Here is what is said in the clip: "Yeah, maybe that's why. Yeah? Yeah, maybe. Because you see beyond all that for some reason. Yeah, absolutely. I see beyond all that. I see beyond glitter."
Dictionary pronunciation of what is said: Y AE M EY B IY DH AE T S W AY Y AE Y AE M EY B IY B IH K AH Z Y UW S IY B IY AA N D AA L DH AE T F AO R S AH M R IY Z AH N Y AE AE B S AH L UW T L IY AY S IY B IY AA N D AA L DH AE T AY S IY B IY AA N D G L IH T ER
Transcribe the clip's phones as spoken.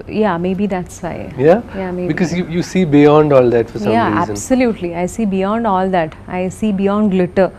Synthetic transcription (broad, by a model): Y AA M EY B IY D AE T S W AY Y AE Y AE M EY B IY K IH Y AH Y UW S IY B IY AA N D AA L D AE T F AO R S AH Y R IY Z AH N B S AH L UW T L IY AY S IY B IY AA N D AA L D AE T AY S IY B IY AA N D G L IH T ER